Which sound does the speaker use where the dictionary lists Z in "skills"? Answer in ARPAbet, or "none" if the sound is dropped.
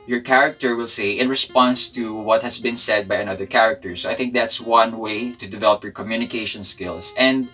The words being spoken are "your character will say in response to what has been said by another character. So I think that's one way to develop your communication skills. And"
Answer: S